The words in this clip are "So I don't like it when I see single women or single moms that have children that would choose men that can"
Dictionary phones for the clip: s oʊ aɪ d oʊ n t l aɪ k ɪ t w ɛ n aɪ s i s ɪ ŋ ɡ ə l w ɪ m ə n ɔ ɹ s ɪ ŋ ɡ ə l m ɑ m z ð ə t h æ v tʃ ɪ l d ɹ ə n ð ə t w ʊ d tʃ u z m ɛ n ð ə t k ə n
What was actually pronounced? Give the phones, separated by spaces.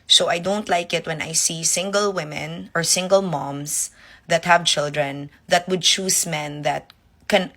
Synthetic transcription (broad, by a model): s oʊ aɪ d oʊ n t l aɪ k ɪ t w ɛ n aɪ s i s ɪ ŋ ɡ ə l w ɪ m ə n ɔ ɹ s ɪ ŋ ɡ ə l m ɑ m s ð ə t h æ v tʃ ɪ l d ɹ ə n ð ə t w ʊ d tʃ u s m ɛ n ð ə t k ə n